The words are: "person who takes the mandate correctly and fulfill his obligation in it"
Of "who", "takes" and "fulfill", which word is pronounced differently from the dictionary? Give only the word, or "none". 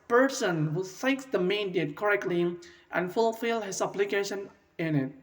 takes